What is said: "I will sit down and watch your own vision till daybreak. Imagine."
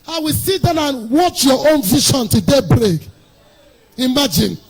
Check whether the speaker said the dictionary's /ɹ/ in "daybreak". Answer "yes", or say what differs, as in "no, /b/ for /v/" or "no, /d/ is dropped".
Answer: yes